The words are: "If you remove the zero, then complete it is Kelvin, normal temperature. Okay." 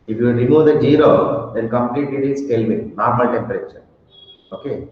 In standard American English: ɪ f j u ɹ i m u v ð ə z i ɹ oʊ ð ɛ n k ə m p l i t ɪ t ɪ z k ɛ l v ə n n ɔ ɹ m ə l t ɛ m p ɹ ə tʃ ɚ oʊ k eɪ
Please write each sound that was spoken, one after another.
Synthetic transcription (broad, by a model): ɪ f j u ɹ i m u v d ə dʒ i ɹ oʊ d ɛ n k ə m p l i t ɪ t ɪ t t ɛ l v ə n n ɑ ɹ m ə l t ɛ m p ɹ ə tʃ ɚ oʊ k eɪ